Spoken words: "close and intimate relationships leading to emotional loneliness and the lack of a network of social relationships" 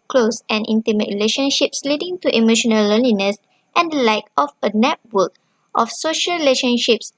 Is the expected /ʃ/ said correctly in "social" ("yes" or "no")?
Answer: yes